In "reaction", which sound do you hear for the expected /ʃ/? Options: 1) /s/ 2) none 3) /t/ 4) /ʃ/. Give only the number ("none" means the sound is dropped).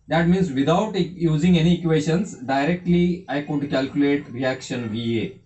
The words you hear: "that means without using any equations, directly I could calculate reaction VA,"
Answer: 4